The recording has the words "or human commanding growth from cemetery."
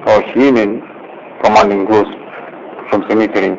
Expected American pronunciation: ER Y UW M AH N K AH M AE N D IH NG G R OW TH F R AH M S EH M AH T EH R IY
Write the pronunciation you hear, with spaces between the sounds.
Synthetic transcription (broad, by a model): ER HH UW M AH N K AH M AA N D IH NG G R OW S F R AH M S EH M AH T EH R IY